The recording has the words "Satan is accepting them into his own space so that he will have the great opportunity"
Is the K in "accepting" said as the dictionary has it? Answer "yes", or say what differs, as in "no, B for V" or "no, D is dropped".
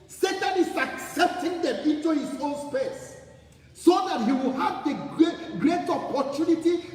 yes